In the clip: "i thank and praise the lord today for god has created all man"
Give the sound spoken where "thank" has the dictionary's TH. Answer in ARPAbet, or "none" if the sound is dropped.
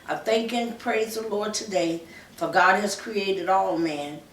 TH